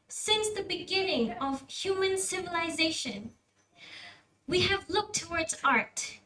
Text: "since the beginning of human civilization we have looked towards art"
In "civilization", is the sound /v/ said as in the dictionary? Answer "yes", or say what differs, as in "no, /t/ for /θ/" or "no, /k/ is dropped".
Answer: yes